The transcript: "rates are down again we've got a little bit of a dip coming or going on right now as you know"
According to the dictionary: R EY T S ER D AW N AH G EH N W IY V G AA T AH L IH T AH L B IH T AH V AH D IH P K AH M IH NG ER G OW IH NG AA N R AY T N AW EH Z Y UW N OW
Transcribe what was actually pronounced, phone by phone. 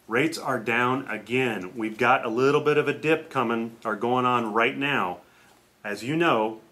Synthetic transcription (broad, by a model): R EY T S ER D AW N AH G EH N W IY V G AA T AH L IH T L B IH T AH V AH D IH P K AH M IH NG ER G OW IH NG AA N R AY T N AW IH Z Y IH N OW